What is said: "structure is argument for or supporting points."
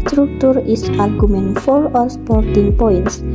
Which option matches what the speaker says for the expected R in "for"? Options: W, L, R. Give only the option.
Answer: L